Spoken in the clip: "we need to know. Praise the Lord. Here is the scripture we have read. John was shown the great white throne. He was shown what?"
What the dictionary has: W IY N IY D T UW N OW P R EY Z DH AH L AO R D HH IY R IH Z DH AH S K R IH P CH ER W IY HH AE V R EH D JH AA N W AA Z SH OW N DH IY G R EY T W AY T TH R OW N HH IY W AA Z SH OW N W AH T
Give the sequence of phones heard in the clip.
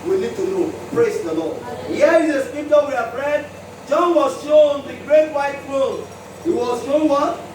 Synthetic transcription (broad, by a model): W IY N IY D T UW N OW P R EY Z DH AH L AO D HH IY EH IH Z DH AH S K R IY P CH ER W IY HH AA P R EH D JH AA N W AA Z SH OW N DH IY G R EY T W AY T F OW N HH IY W AA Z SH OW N W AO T